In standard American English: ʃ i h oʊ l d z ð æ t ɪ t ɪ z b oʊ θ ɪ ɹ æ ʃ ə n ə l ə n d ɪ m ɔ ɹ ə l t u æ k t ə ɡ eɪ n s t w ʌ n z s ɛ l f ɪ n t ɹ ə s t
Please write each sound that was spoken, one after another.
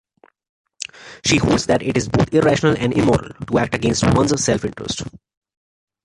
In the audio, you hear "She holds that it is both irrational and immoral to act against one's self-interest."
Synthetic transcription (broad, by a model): ʃ i h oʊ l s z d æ t ɪ t ɪ z b oʊ t ɪ ɹ æ ʃ ə n ə l ə n d ɪ m ɔ ɹ ə l t u æ k t ə ɡ eɪ n s t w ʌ n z s ɛ l f ɪ n t ɹ ə s t